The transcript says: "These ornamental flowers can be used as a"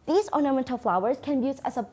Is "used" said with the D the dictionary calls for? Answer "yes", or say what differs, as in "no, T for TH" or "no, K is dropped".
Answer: no, D is dropped